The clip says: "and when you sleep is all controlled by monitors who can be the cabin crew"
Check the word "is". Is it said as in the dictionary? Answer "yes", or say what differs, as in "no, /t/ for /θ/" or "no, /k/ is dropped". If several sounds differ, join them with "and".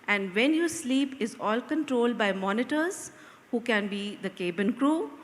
yes